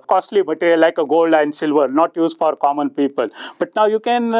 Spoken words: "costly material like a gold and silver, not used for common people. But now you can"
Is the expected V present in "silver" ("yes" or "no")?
yes